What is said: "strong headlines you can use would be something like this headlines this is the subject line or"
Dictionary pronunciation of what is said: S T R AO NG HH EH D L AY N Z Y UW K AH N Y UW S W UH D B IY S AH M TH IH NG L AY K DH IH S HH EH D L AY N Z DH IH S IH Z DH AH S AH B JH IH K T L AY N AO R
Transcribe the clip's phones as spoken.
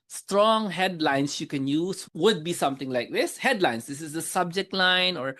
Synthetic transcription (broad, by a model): S T R AO NG HH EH D L AY N S Y UW K AH N Y UW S W UH D B IY S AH M T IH NG L AY K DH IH S HH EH D L AY N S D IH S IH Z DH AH S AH B JH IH K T L AY N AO R